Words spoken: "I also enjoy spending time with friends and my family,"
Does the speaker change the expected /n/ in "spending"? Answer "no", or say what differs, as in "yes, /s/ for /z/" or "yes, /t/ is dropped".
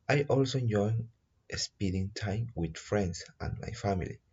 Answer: yes, /n/ is dropped